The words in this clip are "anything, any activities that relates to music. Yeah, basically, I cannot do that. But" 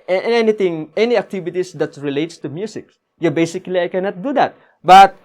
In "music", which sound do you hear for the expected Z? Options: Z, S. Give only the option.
S